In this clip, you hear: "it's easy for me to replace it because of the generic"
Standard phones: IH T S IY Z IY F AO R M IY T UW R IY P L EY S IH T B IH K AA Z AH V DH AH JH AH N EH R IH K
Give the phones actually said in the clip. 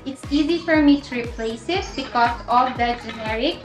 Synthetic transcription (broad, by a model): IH T S IY Z IY F AO R M IY T UW R IY P L EY S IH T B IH K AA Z AH V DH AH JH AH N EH R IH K